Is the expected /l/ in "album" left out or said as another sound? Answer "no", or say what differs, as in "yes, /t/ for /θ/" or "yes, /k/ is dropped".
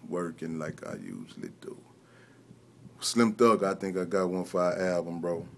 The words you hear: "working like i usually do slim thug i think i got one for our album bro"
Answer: yes, /l/ is dropped